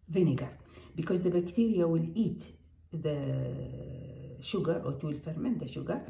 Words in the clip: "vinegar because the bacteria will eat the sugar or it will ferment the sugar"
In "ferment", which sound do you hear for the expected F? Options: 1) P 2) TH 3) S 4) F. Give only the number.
4